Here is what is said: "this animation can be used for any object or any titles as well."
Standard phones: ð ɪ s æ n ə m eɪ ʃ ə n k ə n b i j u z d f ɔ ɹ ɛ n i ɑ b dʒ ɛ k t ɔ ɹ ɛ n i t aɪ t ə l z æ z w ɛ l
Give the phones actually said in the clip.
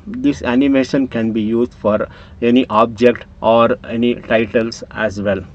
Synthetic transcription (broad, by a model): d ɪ s æ n ə m eɪ ʃ ə n k ə n b i j u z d f ɔ ɹ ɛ n i ɑ b dʒ ɛ k t ɔ ɹ ɛ n i t aɪ t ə l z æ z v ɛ l